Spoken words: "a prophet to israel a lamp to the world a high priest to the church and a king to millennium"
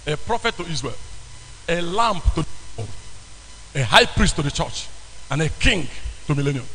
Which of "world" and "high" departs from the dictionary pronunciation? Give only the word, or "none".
world